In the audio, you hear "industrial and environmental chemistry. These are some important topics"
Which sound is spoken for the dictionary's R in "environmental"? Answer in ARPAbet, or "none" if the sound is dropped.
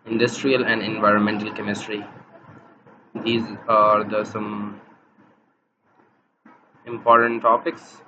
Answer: R